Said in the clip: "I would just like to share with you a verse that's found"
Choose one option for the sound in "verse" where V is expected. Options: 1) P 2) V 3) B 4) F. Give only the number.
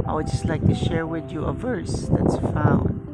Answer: 2